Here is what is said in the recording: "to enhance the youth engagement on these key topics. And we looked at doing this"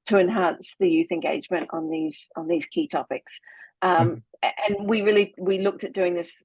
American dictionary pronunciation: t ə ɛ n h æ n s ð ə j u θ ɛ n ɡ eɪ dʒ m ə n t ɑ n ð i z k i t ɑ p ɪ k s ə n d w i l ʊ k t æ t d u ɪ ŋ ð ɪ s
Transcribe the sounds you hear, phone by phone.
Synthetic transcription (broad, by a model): t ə ɛ n h æ n s ð ə j u θ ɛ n ɡ eɪ dʒ m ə n t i n ð i z k i t ɑ p ɪ k s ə n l w i l ʊ k t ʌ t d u ɪ ŋ ð ɪ s